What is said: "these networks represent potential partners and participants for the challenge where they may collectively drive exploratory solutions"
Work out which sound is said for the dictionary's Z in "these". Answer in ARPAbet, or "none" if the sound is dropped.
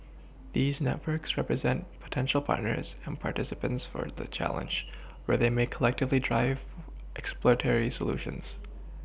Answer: Z